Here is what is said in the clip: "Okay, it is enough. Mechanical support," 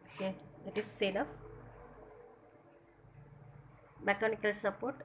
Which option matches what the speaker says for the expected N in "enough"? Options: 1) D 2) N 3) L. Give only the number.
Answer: 3